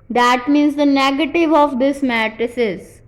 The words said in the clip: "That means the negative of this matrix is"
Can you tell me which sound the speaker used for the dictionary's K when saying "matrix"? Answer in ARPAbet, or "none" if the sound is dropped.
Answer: none